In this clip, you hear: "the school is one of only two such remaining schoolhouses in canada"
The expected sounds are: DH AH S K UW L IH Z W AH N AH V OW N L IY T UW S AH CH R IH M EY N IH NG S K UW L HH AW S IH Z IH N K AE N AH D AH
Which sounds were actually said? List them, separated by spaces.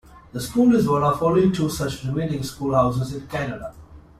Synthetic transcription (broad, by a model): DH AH S K UW L IH Z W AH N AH F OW L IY T UW S AH CH R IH M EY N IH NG S K UW L HH AW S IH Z IH N K AE N AH D AH